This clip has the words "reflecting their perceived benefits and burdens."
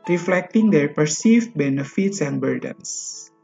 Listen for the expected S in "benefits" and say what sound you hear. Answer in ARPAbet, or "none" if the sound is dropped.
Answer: S